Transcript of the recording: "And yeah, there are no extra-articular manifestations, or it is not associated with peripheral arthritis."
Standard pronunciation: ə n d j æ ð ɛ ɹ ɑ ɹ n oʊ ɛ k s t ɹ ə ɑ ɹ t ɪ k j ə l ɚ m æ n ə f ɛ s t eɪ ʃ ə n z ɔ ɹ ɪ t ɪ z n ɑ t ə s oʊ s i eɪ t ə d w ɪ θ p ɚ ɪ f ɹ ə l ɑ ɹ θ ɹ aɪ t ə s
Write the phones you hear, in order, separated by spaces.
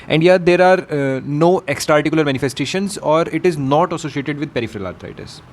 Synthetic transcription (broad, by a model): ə n d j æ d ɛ ɹ ɑ ɹ n oʊ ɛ k s t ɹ ɑ ɹ t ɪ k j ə l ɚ m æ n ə f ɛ s t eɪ ʃ ə n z ɔ ɹ ɪ t ɪ z n ɑ t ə s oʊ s i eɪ t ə d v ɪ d p ɚ ɪ f ɹ ə l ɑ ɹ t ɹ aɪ t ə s